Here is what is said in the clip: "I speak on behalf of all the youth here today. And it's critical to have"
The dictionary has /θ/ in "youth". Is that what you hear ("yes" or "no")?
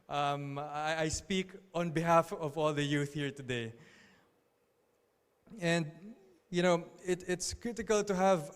yes